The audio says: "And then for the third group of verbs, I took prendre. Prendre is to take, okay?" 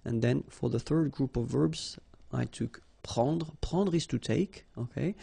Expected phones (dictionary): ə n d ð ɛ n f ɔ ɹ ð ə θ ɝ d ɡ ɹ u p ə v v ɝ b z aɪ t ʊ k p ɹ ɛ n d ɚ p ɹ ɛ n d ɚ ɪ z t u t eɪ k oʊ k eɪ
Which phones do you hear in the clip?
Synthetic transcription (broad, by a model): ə n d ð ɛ n f ɔ ɹ ð ə θ ɝ d ɡ ɹ u p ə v v ɝ b z aɪ t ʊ k p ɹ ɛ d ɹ p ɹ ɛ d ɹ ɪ s t u t eɪ k oʊ k eɪ